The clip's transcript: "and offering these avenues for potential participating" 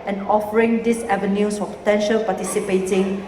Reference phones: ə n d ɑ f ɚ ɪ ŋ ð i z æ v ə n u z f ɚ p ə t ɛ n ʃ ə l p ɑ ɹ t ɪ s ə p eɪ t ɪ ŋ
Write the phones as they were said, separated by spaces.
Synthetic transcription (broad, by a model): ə n ɑ f ɚ ɪ ŋ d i s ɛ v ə n u s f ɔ p ə t ɛ n ʃ ə l p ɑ t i s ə p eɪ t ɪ ŋ